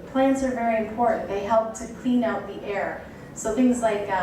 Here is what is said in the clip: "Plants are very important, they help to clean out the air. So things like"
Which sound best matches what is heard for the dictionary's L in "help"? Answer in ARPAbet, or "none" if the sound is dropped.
L